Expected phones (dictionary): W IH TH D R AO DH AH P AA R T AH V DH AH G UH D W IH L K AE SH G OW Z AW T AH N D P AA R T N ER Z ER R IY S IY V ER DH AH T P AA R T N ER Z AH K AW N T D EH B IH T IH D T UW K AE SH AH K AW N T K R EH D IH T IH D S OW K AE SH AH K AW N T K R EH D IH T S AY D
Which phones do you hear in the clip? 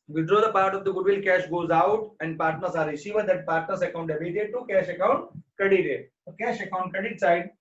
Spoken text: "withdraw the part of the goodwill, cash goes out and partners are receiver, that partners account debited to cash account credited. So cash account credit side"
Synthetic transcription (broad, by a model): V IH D R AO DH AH P AA R T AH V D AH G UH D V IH L K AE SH G OW Z AW T AH N D P AA R T N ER S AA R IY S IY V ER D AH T P AA R T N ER S AH K AW N T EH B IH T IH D T UW K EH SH AH K AW N T K AH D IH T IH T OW K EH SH AH K AW N T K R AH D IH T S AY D